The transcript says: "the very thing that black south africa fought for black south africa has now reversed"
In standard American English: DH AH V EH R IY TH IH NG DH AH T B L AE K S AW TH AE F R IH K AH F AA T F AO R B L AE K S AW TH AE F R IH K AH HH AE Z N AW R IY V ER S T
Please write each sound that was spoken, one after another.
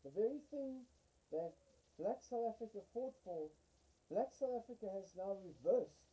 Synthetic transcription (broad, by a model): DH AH V EH R IY TH IH NG DH AH T B L AE K S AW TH AE F R IH K AH F AA T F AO L B L AE K S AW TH AE F R IH K AH HH Z N AW R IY V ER S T